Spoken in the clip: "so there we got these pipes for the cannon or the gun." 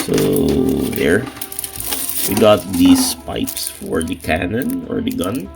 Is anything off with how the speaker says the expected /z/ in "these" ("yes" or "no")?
yes